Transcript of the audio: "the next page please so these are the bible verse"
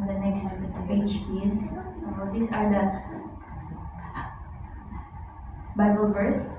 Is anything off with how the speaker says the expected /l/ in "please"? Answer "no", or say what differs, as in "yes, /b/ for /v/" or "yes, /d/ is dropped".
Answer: yes, /l/ is dropped